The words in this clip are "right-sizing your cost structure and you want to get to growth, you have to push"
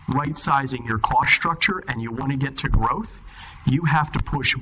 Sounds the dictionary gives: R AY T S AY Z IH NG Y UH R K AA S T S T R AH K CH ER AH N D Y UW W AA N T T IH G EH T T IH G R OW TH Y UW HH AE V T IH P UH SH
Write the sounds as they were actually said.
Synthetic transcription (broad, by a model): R AY T S AY Z IH NG Y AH R K AA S S T R AH K CH ER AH N Y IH W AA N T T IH G EH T T IH G R OW TH Y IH HH AE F T IH P UH SH